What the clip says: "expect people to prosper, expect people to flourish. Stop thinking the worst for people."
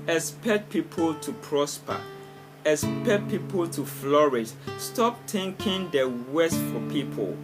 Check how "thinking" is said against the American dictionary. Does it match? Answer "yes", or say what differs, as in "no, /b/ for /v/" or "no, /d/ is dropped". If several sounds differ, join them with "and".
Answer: no, /t/ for /θ/